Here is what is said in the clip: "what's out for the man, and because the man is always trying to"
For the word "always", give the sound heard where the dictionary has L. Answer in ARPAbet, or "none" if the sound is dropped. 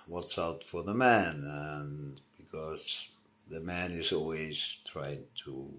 L